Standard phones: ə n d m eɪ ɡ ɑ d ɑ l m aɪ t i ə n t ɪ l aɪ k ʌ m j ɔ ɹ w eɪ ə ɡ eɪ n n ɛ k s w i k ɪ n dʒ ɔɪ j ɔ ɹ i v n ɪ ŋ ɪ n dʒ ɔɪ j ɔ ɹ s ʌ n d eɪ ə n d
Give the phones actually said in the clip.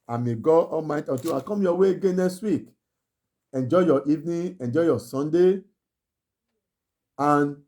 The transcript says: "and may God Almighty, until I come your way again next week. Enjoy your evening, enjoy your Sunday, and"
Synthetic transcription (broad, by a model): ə m eɪ ɡ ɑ ɑ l m aɪ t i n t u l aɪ k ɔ m j ɔ w eɪ ɡ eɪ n n ɛ k s w i k ɪ n dʒ ɔɪ j ɔ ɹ i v n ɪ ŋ ɪ n dʒ ɔɪ j ɔ s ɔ n d eɪ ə n